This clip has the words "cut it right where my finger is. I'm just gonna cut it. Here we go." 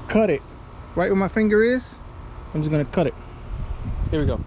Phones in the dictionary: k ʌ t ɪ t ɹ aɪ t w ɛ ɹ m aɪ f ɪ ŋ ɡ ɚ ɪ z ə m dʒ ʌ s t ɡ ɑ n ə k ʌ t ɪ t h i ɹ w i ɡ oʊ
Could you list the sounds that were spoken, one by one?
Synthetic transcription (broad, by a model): k ʌ t ɪ t ɹ aɪ t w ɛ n m aɪ f ɪ ŋ ɡ ɚ ɪ z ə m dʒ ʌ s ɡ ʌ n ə k ʌ t ɪ t h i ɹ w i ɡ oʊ